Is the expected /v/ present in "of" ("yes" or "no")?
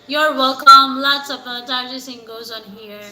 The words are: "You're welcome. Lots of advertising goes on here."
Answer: no